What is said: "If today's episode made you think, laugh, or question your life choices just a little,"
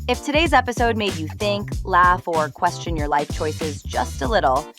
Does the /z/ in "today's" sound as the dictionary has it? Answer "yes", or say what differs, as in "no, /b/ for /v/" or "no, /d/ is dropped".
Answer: yes